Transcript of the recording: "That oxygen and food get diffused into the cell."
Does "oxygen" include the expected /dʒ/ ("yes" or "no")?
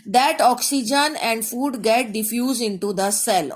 yes